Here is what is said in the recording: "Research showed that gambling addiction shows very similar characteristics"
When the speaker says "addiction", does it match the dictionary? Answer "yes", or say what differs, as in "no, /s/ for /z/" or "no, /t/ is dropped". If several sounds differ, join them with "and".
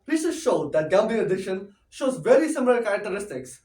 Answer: no, /k/ is dropped